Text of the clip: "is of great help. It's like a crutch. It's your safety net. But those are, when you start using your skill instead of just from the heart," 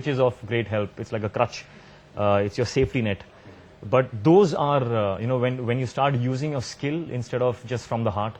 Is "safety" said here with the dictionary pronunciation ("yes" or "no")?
yes